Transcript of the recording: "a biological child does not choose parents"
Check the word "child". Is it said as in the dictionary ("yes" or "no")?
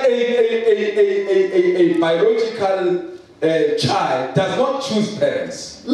yes